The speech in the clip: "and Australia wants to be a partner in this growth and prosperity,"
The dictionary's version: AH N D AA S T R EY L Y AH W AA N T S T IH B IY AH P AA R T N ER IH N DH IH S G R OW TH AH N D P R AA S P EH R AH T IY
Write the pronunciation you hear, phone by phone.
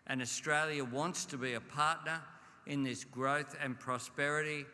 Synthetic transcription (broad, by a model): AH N AA S T R EY L Y AH W AA N T S T IH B IY AH P AA R T N ER IH N DH IH S G R OW TH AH N P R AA S P EH R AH T IY